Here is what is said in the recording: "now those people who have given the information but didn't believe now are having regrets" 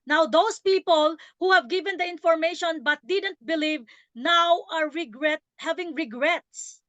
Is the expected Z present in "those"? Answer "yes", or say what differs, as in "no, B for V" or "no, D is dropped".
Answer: no, S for Z